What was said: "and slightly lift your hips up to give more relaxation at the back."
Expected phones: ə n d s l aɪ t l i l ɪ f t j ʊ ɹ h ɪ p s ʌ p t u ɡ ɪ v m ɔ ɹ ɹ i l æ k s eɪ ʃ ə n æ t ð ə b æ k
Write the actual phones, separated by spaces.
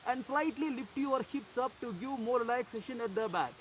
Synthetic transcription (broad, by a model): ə n d s l aɪ t l i l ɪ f t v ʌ ɹ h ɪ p s ʌ p t u ɡ ɪ v m ɔ ɹ l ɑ æ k s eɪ ʃ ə n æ t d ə b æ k